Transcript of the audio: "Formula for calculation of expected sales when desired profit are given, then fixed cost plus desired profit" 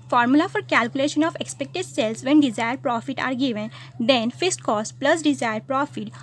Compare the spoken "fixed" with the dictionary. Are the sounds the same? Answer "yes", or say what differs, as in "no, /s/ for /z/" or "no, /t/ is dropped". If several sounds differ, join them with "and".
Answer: no, /k/ is dropped